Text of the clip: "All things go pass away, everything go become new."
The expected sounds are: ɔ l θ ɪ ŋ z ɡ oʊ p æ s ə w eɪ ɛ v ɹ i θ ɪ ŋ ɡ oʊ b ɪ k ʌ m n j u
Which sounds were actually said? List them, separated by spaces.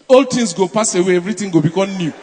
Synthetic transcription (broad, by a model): ɔ l t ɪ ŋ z ɡ oʊ p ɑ s ə w eɪ ɛ v ɹ i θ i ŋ ɡ oʊ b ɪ k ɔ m n j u